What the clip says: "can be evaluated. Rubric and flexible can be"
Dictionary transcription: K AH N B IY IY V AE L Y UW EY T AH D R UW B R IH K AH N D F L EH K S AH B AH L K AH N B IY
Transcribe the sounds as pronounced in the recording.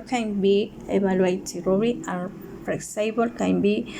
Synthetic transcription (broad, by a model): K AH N B IY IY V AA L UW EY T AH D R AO R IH AH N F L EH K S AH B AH L K AH N B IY